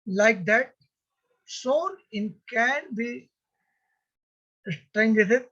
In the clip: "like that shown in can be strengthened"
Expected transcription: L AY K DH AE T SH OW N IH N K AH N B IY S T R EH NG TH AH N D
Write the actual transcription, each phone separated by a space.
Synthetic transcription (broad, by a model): L AY K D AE T S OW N IH N K AH N B IY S T R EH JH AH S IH